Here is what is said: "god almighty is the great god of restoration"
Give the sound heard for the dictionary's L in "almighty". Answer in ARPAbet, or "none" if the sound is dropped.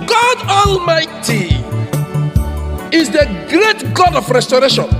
L